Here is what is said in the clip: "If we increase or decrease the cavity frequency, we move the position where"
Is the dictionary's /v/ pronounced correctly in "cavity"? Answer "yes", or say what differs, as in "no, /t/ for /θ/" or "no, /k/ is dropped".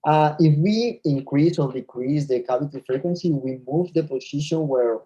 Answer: no, /p/ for /v/